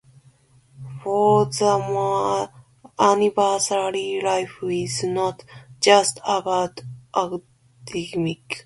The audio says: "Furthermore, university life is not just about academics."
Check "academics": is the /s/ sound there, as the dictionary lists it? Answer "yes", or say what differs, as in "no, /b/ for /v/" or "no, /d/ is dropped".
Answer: no, /s/ is dropped